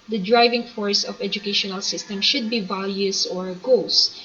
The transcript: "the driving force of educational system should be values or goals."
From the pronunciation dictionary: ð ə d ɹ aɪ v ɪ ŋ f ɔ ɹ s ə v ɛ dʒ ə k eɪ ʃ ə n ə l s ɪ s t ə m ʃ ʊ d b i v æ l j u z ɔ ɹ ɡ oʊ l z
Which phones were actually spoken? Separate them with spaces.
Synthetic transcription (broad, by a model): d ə d ɹ aɪ v ɪ ŋ f ɔ ɹ s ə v ɛ dʒ ə k eɪ ʃ ə n ə l s ɪ s t ə m ʃ ʊ d b i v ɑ l j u s ɔ ɹ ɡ oʊ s